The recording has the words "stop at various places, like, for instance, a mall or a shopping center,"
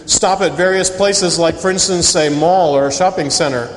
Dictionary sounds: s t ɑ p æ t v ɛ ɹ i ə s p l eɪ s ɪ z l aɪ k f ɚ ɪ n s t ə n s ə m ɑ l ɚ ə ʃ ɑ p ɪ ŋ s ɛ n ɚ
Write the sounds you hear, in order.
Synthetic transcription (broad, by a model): s t ɑ p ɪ t v ɛ ɹ i ə s p l eɪ s ɪ z l aɪ k f ɚ ɪ n s t ə n s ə m ɑ l ɚ ə ʃ ɑ p ɪ ŋ s ɛ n ɚ